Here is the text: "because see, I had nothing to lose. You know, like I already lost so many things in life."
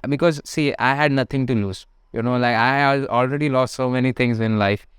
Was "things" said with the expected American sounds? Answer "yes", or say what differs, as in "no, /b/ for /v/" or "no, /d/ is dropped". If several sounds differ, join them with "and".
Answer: no, /t/ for /θ/